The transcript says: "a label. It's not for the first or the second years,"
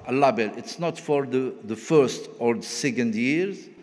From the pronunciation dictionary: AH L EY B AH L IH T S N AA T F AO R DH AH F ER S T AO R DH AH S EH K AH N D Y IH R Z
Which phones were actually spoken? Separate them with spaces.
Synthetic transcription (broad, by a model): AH L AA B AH L IH T S N AA T F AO R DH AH F ER S T AO R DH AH S EH K AH N D Y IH R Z